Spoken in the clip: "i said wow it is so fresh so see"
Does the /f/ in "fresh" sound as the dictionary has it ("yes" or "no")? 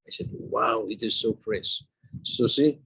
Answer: no